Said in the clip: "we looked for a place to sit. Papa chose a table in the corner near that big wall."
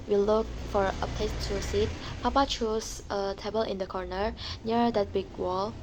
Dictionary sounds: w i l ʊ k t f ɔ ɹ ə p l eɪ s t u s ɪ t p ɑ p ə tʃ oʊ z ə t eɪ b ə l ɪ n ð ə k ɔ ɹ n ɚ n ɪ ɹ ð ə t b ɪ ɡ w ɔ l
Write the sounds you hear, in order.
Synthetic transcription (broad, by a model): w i l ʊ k f ɔ ɹ ə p eɪ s t u s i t p ɑ p ə tʃ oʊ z ə t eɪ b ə l ɪ n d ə k ɔ ɹ n ɚ n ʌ ɹ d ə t b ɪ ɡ w ɔ l